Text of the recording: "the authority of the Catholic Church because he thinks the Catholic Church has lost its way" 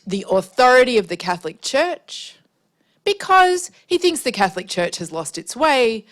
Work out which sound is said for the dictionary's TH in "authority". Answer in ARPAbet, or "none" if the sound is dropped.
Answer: TH